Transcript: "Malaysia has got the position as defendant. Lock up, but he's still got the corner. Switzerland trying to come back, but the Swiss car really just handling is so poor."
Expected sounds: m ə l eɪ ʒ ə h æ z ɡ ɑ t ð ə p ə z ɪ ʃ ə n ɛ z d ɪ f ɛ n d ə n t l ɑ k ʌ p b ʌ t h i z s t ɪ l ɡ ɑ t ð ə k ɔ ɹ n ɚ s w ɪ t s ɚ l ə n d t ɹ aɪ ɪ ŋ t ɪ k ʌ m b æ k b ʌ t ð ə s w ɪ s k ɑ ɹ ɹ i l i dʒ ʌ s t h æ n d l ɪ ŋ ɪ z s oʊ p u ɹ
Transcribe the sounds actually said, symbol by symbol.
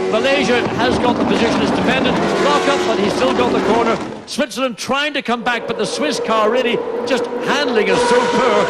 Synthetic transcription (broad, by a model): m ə l eɪ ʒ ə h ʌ z ɡ ɑ t ð ə p ə z ɪ ʃ ə n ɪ z d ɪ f ɛ n d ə n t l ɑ k ʌ p b ʌ t h i z s t ɪ l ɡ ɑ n ð ə k ɔ ɹ n ɚ s w ɪ t s ɚ ə n t ɹ aɪ ɪ ŋ t ɪ k ʌ m b æ k b ʌ t ð ə s w ɪ s k ɑ ɹ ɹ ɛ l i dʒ ʌ s t h æ n d l ɪ ŋ ɪ z s oʊ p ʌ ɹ